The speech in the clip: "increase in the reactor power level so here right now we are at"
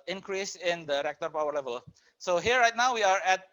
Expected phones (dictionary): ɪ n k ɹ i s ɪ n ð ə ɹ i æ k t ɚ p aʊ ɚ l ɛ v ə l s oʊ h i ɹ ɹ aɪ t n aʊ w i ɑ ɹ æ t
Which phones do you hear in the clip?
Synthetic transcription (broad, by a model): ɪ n k ɹ i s ɪ n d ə ɹ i k t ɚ p aʊ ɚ l ɛ v ə l s oʊ h i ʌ ɹ aɪ t n aʊ w i ɑ ɹ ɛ t